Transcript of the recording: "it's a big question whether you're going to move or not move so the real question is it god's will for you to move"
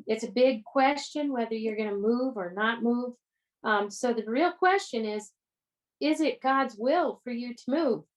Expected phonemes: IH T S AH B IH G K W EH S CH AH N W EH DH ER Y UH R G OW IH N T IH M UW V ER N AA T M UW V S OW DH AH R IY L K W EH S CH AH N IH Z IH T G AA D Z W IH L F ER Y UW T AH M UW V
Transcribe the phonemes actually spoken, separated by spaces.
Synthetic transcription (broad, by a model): IH T S AH B IH G K W EH S CH AH N W EH DH ER Y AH R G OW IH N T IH M UW V ER N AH T M UW V S OW DH AH R IY L K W EH S CH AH N IH Z IH T G AA D Z W IH L F ER Y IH T AH M UW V